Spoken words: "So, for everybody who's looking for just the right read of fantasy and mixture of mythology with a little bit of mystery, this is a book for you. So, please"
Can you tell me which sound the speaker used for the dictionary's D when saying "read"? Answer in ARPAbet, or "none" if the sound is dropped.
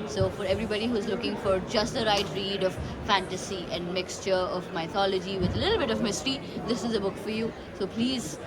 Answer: D